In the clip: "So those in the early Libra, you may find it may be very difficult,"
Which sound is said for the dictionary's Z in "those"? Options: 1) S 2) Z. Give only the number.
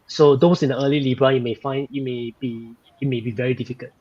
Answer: 1